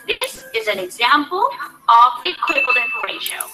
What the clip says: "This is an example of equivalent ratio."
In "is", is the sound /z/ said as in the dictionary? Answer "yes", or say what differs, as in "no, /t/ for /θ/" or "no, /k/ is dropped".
yes